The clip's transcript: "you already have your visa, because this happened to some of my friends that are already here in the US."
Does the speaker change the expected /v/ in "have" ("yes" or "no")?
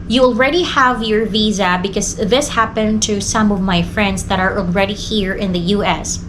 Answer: no